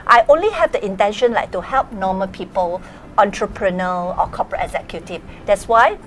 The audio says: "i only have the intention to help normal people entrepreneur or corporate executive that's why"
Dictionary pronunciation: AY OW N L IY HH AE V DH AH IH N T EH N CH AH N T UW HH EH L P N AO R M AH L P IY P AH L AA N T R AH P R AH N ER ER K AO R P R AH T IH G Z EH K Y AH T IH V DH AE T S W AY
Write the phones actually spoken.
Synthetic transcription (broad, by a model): AY OW N L IY HH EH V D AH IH N T EH N SH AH N T UW HH EH L P N AO M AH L P IY P AH L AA N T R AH P R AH N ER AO K AO P R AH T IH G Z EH K Y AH T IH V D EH T S W AY